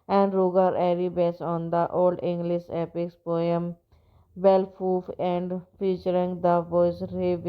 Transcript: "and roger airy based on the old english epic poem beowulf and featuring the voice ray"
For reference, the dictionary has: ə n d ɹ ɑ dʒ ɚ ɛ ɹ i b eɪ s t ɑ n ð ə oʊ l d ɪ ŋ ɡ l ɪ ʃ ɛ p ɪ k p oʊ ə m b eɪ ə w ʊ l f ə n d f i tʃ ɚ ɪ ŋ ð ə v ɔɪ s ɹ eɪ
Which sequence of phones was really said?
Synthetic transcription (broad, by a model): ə n d ɹ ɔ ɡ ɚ ɛ ɹ i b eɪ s ɑ n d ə oʊ l d ɪ ŋ ɡ l ɪ ʃ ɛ p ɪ k p oʊ ə m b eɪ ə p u f ə n d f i tʃ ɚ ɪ ŋ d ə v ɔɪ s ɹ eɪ